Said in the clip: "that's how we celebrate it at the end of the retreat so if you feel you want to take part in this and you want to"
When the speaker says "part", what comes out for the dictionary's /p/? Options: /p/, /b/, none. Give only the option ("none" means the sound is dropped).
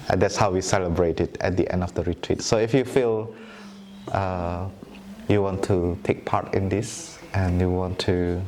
/p/